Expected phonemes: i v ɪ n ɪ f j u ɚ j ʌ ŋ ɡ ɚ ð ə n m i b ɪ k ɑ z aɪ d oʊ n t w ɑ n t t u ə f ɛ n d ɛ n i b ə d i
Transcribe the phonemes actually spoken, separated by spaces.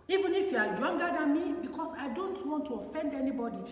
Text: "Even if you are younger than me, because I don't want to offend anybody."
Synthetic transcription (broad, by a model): i v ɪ n ɪ f j u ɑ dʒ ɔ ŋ ɡ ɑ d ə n m i b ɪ k ɑ s aɪ d oʊ n t w ɑ n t t u ə f ɛ n d ɛ n i b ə d i